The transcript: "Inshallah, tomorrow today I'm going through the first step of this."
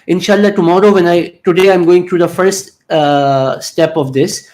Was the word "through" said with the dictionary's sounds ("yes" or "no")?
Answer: no